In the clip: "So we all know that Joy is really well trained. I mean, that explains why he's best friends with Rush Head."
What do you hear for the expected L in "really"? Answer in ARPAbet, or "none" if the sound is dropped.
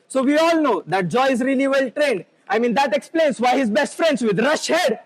L